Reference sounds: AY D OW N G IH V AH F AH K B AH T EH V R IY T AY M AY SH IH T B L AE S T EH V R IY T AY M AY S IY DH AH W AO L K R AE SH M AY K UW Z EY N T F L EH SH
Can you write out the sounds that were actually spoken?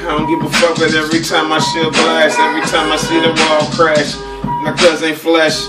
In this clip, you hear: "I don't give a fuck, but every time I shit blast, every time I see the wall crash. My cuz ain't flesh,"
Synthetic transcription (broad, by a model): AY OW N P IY P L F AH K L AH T EH V R IY T AY M AY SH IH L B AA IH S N EH V R IY T AY M AY S IY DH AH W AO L K R AE SH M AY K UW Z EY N F L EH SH